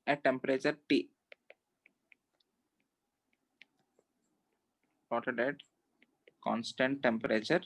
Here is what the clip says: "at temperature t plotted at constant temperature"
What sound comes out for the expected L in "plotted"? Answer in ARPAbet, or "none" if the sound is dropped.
none